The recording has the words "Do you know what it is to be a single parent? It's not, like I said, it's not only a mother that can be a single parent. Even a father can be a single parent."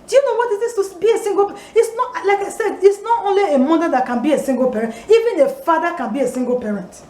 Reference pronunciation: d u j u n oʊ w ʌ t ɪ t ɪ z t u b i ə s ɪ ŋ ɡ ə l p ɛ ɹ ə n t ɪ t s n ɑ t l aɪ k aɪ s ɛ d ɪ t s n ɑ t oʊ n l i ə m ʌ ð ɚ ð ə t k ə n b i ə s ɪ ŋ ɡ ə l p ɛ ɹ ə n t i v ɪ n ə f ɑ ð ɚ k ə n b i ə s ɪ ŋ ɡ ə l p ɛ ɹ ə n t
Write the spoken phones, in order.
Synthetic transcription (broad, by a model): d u j u n oʊ w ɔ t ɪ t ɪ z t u b i ə s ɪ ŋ ɡ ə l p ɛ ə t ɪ t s n ɑ t l aɪ k aɪ s ɛ d ɪ t s n ɑ t oʊ n l i ə m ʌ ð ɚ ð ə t k ə n b i ə s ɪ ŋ ɡ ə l p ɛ ɹ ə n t i v ɪ n ə f ɑ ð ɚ k ə n b i ə s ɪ ŋ ɡ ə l p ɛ ɹ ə n t